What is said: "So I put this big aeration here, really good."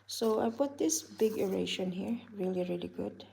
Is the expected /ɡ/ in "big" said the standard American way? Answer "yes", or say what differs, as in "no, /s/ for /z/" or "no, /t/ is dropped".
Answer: yes